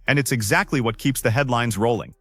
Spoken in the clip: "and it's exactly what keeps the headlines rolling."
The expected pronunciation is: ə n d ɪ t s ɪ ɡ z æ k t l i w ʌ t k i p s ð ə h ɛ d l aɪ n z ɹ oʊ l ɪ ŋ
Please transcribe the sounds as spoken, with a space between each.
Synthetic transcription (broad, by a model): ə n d ɪ t s ɪ ɡ z æ k t l i w ʌ t k i p s ð ə h ɛ d l aɪ n z ɹ oʊ l ɪ ŋ